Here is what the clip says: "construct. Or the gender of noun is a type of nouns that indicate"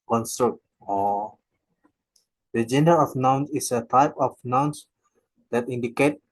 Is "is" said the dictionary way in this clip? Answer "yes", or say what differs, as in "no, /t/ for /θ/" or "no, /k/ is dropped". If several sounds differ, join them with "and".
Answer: no, /s/ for /z/